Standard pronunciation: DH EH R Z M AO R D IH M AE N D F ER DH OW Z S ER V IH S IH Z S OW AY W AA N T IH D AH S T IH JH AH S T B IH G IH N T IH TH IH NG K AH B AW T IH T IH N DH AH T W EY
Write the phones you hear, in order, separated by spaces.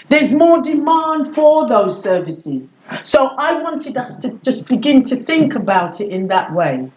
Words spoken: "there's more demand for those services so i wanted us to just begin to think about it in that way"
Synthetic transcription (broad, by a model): DH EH R Z M AO R D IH M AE N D F ER DH OW Z S ER V IH S IH Z S OW AY W AA N T IH D AH S T IH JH AH S B IH G IH N T IH TH IH NG K AH B AW T IH T IH N DH AH T W EY